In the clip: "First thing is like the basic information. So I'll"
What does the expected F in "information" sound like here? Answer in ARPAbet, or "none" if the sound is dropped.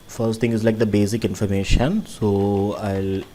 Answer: F